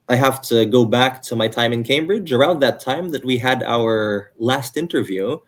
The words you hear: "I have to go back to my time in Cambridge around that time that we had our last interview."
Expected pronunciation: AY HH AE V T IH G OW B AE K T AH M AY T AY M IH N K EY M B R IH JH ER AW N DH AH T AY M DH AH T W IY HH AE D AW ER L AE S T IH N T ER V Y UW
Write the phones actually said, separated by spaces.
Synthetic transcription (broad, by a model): AY HH AE F T IH G OW B AE K T AH M AY T AY M IH N K EY M B R IH JH ER AW N DH AH T AY M DH AH T W IY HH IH D AW ER L AE S T IH N T ER V Y UW